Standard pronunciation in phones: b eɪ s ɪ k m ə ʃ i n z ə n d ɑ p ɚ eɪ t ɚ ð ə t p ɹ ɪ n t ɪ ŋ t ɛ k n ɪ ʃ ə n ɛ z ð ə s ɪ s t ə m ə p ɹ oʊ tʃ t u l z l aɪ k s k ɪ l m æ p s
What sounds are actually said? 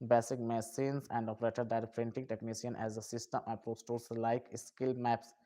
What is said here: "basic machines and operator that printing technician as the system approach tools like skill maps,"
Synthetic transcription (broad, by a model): b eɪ s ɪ k m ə s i n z ə n d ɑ p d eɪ t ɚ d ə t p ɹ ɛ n t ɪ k t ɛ k n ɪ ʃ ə n ɛ z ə s ɪ s t ə m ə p ɹ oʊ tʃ t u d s l aɪ k s k ɪ l m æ p s